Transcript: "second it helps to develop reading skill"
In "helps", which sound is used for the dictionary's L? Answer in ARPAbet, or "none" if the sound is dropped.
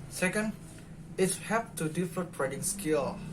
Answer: none